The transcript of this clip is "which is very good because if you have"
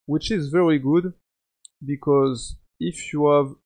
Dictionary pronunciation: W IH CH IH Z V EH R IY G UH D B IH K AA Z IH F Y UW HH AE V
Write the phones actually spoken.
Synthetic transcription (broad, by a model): W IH CH IH Z V EH R IY G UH D B IH K AA Z IH F Y UW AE V